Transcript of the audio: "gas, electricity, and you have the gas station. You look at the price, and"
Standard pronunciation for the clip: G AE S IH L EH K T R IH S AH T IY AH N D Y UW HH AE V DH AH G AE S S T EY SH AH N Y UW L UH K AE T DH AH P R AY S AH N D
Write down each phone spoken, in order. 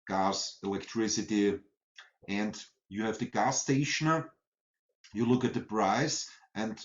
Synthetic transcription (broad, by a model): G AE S IH L EH K T R IH S AH T IY AH N D Y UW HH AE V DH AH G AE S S T EY SH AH N Y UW L UH K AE T DH AH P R AY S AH N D